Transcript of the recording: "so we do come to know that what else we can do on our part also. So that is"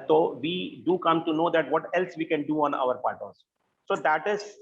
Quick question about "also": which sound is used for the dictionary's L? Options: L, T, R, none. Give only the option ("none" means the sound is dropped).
none